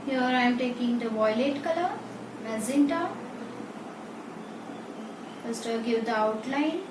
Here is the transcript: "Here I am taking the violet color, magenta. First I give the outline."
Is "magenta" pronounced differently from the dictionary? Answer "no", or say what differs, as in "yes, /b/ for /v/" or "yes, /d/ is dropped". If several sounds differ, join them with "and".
yes, /z/ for /dʒ/